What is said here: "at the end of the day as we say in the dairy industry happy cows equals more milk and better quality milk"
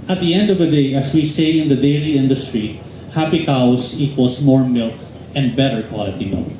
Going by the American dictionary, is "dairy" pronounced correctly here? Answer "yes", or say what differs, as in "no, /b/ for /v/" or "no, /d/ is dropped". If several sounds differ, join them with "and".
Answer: no, /l/ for /ɹ/